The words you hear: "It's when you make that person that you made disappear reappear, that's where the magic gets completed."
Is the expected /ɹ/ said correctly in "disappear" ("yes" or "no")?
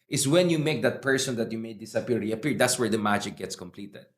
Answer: no